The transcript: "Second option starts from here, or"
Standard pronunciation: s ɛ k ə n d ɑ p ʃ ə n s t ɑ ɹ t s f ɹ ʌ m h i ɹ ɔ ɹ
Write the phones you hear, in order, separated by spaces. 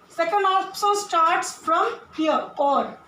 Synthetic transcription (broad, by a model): s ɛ k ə n d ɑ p s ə l s t ɑ ɹ t s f ɹ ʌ m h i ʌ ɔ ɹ